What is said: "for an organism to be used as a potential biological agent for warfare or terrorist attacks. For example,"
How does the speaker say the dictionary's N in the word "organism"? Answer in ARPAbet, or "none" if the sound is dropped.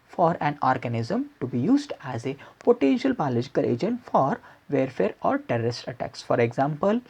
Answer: N